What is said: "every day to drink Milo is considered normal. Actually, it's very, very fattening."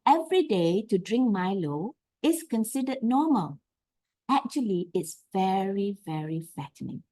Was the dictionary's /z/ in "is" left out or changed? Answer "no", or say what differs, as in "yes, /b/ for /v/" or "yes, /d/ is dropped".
yes, /s/ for /z/